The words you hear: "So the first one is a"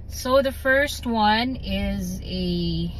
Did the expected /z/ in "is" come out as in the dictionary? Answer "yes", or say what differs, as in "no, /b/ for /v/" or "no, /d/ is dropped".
yes